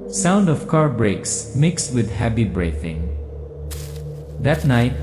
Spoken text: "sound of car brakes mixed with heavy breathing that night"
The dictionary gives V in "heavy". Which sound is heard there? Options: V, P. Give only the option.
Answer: P